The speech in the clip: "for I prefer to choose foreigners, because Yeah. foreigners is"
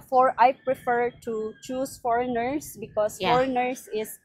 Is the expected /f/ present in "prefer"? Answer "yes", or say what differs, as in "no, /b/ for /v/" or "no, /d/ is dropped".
yes